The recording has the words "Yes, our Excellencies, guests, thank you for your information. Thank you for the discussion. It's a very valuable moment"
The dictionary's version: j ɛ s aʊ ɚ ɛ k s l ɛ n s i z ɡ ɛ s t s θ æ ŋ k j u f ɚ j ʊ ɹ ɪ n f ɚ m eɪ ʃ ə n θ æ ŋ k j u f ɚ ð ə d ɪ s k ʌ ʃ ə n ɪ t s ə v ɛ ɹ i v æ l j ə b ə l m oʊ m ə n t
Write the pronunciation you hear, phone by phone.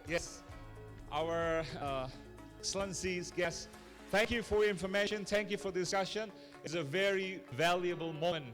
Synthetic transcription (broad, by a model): j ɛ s aʊ ɚ s l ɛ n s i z ɡ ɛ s s θ æ ŋ k j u f ɚ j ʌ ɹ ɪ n f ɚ m eɪ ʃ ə n θ æ ŋ k j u f ɚ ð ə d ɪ s k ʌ ʃ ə n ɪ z ə v ɛ ɹ i v æ l j ə b ə l m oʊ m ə n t